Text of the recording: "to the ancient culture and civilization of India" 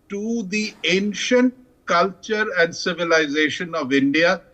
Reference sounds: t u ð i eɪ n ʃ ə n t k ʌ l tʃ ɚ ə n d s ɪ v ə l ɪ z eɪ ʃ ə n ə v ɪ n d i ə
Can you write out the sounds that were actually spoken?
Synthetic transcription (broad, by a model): t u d i eɪ n ʃ ə n t k ʌ l tʃ ɚ ə n d s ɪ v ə l ɪ z eɪ ʃ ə n ə v ɪ n d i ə